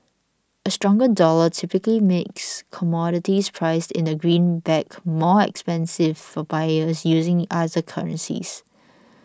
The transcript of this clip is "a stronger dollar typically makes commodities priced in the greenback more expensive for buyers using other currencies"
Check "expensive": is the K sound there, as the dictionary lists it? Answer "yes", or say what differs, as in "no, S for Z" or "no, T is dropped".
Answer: yes